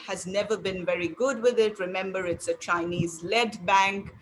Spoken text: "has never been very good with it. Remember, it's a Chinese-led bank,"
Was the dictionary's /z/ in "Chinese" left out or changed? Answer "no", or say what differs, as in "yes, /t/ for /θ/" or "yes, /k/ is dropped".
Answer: no